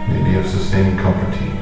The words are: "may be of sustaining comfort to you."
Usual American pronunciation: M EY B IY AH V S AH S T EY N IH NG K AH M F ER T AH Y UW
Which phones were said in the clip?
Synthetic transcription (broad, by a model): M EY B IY AH V S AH S T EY IH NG K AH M P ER T AH